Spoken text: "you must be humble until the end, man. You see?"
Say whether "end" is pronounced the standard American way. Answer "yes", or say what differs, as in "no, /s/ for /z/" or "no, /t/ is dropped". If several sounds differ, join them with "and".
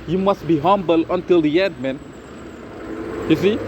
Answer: no, /n/ is dropped